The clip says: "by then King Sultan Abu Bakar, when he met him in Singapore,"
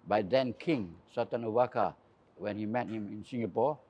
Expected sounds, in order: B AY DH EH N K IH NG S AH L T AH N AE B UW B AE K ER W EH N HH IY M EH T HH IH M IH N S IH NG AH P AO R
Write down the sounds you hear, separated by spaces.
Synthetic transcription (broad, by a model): B AY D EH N K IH NG S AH T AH N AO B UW K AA W EH N HH IY M EH T HH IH M IH N S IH NG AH P AO